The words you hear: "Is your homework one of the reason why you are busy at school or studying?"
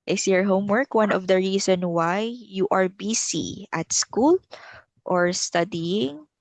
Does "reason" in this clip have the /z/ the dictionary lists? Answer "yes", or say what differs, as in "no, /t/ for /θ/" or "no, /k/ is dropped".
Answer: no, /s/ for /z/